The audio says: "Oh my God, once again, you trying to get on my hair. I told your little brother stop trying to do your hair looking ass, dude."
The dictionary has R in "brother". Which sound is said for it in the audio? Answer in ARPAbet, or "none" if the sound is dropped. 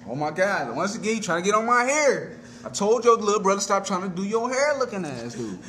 R